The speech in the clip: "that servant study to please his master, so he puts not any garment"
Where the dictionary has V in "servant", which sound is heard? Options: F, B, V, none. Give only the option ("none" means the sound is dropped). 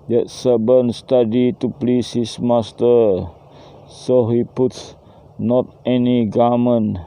B